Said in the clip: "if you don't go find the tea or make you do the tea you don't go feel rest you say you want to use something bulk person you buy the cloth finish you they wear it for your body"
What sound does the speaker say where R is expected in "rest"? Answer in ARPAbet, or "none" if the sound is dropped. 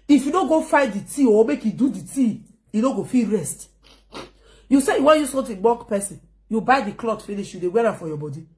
R